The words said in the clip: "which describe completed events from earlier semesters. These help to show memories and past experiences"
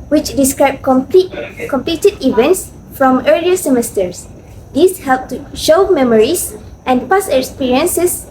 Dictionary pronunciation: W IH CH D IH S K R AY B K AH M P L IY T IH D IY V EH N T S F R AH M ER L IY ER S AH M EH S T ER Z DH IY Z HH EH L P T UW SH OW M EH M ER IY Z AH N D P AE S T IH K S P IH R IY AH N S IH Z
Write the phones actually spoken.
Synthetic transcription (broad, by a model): W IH CH D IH S K R AY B K AH M P L IY T IH D IY V EH N T S F R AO M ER L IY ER S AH M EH S T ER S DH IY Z HH EH L P T UW SH OW M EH M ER IY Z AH N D P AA S IH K S P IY R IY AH N S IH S